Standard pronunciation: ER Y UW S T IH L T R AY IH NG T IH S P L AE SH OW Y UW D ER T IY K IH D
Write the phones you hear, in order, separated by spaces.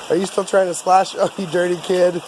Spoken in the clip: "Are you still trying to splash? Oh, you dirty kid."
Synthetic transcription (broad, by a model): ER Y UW S T IH L T R AY IH NG T IH S L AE SH OW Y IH D ER T IY K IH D